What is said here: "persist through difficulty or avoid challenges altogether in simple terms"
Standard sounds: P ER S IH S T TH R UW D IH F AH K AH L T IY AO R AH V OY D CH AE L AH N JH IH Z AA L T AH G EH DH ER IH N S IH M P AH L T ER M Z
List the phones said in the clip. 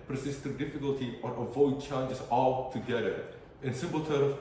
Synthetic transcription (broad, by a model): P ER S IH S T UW D IH F AH K AH L T IY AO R AH V OY D CH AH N JH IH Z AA L T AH G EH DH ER IH N S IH M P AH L T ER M